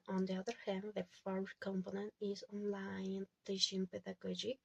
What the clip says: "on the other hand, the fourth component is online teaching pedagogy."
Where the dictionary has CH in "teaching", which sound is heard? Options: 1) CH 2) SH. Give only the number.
2